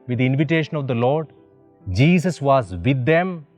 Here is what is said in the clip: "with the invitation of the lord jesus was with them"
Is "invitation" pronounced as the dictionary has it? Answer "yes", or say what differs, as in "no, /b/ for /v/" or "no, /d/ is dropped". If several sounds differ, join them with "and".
yes